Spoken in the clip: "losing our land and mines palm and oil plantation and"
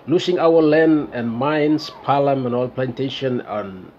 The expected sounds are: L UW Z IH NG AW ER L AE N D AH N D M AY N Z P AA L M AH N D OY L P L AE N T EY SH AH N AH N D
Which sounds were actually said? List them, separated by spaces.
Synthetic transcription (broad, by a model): L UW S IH NG AW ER L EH N AH N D M AY N S P AA L M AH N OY L P L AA N T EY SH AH N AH N